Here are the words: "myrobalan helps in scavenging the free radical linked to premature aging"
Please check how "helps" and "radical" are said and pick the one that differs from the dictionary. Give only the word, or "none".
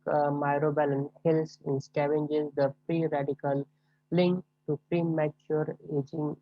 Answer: helps